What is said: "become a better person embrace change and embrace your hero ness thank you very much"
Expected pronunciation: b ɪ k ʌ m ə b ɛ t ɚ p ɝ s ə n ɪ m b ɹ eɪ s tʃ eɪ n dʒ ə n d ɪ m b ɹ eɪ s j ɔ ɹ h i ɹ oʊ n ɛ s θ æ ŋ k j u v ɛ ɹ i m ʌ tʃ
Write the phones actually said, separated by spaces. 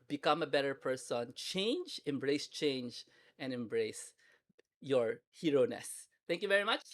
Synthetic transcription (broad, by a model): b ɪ k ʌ m ə b ɛ t ɚ p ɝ s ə n ɪ m b ɹ eɪ s tʃ eɪ n dʒ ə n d ɪ m b ɹ eɪ s j ɔ ɹ h i ɹ oʊ n ɛ s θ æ ŋ k j u v ɛ ɹ i m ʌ tʃ